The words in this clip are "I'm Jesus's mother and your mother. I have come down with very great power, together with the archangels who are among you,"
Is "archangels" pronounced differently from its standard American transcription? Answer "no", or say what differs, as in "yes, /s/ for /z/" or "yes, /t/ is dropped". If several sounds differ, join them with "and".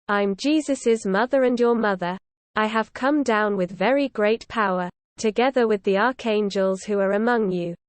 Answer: no